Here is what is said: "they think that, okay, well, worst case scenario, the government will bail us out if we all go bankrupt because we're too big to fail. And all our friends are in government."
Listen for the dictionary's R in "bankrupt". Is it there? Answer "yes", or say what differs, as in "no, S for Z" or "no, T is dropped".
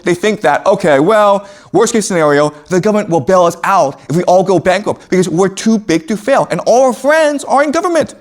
no, R is dropped